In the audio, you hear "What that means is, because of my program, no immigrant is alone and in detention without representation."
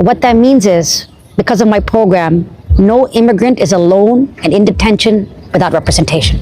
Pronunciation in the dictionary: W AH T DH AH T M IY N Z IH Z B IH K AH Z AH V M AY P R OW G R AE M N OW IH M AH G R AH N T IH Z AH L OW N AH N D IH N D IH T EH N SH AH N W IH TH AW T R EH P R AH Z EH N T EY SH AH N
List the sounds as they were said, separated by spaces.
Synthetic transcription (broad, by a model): W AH T DH AH T M IY N Z IH Z B IH K AH Z AH V M AY P R OW G R AE M N OW IH M AH G R AH N T IH Z AH L OW N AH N IH N D IH T EH N SH AH N W IH TH AW T R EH P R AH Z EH N T EY SH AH N